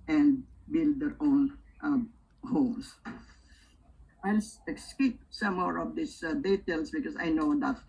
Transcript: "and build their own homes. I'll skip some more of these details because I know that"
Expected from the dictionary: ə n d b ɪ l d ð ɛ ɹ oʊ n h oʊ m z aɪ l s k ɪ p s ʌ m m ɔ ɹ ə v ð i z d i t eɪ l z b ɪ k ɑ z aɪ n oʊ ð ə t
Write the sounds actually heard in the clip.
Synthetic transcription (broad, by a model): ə n d b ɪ l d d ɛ ɹ oʊ n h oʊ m s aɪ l s k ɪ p s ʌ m m ɔ ɹ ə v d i s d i t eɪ l s b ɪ k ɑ s aɪ n oʊ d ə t